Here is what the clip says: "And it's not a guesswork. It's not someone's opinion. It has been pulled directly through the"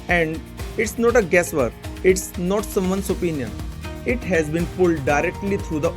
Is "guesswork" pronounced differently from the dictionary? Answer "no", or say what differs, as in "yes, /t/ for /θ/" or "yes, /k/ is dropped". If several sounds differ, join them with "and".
yes, /k/ is dropped